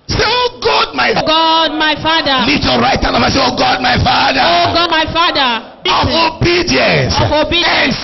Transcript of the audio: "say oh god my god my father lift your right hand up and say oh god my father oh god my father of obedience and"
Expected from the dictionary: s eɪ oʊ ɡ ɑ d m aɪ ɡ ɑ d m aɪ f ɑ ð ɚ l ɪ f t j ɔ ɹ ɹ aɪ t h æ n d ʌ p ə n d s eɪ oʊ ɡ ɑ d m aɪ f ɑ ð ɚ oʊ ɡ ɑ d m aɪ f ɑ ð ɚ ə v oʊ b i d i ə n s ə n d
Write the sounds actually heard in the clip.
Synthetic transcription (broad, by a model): s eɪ oʊ ɡ ɑ d m aɪ ɡ ɑ d m aɪ f ɑ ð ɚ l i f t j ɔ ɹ ɹ aɪ t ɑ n ʌ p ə s eɪ oʊ ɡ ɑ d m aɪ f ɑ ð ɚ oʊ ɡ ɑ d m aɪ f ɑ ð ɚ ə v oʊ b i d i ə n s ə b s